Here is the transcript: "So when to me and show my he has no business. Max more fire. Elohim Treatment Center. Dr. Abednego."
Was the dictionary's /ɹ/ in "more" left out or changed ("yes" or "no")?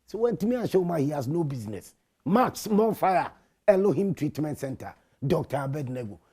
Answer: yes